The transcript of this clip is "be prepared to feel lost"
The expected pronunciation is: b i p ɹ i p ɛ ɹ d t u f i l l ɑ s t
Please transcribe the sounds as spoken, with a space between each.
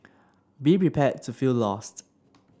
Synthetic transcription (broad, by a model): b i p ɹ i p ɛ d t u f i l l ɑ s t